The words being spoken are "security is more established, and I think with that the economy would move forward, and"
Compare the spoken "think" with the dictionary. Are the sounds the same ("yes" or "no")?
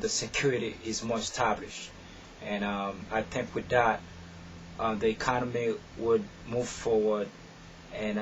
yes